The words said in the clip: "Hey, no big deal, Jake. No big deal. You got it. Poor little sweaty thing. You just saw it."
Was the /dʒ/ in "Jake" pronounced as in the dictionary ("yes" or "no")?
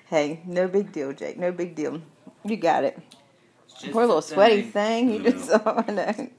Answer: yes